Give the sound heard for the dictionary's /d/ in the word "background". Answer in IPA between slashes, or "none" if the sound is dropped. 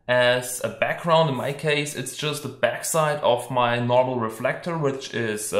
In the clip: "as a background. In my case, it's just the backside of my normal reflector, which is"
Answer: /d/